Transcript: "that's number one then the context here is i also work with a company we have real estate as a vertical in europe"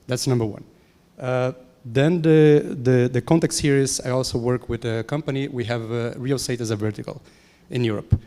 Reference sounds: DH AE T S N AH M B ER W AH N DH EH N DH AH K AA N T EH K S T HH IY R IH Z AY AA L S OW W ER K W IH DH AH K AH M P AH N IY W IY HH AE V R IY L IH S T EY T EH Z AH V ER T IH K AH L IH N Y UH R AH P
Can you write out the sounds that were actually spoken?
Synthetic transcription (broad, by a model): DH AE T S N AH M B ER W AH N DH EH N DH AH K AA N T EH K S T HH IY R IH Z AY AA L S OW W ER K W IH DH AH K AH M P AH N IY W IY HH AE V R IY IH S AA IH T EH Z AH V ER T IH K AH L IH N Y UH R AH P